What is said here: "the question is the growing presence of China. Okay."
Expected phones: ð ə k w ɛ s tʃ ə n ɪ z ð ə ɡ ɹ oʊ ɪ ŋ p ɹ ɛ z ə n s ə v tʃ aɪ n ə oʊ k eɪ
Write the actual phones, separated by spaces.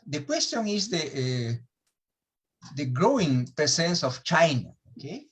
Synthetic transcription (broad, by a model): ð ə k w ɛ s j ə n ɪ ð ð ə ɡ ɹ oʊ ɪ ŋ p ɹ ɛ s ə n s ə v tʃ aɪ n ə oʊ k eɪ